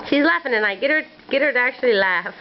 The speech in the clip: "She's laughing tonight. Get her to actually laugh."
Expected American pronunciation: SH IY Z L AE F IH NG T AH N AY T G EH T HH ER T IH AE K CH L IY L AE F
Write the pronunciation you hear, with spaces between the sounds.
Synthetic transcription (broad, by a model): SH IY Z L AE F IH NG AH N AY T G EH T HH ER T IH AE K CH L IY L AE F